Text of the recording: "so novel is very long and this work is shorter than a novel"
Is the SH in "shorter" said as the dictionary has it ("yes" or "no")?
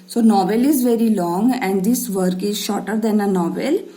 yes